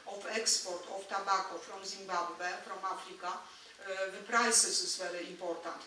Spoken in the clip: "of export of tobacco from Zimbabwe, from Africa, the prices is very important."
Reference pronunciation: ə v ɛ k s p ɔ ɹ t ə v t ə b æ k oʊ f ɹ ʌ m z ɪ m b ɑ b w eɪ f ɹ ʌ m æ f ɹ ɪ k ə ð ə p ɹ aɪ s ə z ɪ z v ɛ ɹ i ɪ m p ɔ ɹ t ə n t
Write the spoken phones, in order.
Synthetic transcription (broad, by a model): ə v ɛ k s p ɔ ɹ t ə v t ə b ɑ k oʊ f ɹ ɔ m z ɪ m b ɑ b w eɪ f ɹ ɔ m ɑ f ɹ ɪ k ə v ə p ɹ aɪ s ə s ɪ s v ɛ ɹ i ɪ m p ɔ ɹ t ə n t